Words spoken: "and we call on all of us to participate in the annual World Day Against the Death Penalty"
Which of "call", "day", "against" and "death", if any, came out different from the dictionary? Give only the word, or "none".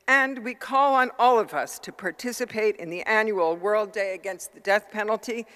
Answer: none